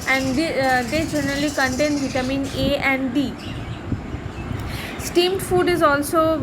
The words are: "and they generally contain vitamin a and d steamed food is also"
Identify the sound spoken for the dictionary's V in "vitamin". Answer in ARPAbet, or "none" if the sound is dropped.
B